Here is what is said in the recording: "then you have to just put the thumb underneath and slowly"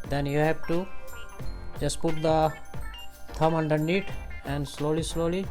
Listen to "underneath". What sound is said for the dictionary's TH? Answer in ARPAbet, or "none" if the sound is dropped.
T